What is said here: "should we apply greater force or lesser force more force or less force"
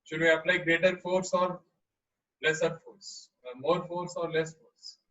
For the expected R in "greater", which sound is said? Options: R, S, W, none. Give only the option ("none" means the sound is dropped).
R